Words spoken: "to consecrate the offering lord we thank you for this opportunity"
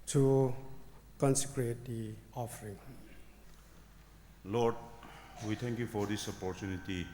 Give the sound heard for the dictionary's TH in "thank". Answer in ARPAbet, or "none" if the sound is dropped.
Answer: T